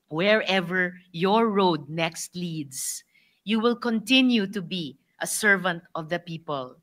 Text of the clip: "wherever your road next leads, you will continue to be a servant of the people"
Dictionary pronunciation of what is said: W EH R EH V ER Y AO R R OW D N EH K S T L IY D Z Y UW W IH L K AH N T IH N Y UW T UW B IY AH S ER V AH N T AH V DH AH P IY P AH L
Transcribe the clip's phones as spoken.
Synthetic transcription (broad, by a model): W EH R EH V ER Y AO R R OW D N EH K S T L IY D S Y UW W IH L K AH N T IH N Y UW T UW B IY AH S ER V AH N T AH V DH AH P IY P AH L